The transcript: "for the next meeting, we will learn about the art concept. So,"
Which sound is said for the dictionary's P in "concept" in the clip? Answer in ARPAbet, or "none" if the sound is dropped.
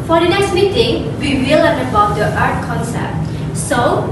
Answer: none